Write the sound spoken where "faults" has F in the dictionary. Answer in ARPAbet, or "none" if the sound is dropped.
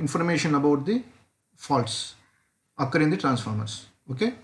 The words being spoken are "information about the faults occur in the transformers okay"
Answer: F